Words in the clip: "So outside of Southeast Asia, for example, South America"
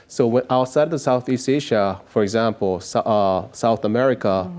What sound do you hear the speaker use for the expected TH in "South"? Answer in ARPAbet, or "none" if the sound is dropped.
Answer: TH